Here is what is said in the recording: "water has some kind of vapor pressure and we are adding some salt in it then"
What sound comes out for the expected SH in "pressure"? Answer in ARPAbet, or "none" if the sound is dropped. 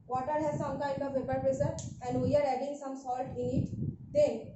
S